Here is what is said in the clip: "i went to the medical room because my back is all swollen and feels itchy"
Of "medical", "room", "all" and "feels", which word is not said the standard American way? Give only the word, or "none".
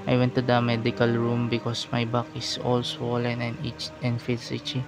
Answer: feels